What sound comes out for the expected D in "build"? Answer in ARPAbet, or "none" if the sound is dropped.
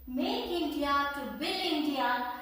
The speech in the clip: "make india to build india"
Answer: none